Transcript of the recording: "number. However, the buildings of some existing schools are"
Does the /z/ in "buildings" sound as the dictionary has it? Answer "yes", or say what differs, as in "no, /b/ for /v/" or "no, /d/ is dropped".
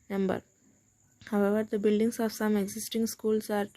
no, /s/ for /z/